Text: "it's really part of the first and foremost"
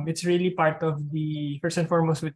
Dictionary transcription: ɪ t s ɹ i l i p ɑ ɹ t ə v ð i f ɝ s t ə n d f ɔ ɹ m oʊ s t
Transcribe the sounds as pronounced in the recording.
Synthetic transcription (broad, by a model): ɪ t s ɹ i l i p ɑ ɹ t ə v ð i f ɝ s ə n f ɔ ɹ m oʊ s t